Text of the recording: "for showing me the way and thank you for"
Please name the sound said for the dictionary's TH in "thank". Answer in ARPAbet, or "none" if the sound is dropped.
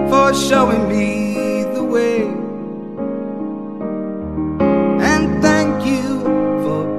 TH